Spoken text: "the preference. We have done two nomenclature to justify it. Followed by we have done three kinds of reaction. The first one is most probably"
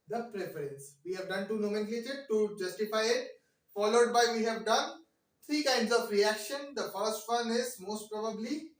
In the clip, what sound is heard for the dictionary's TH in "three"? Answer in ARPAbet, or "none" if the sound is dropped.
T